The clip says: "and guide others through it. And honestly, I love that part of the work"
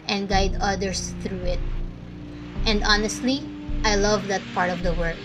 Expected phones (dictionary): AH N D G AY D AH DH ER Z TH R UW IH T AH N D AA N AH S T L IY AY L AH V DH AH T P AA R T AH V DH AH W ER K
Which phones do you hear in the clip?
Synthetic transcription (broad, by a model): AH N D G AY D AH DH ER S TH R UW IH T AH N D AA N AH S T L IY AY L AH V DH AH T P AA R T AH V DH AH W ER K